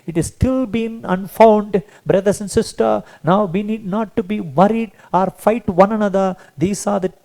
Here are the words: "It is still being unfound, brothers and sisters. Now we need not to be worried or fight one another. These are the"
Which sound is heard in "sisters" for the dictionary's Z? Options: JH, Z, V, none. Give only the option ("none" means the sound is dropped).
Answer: none